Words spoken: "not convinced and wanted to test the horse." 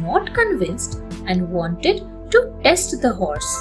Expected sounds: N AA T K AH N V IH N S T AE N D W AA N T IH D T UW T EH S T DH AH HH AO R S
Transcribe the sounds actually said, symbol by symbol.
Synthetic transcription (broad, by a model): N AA T K AH N V IH N S T AE N D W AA N T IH D T UW T EH S T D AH HH AO R S